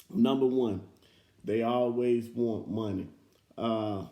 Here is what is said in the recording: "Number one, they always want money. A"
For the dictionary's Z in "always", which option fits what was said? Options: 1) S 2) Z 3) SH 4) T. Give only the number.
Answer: 2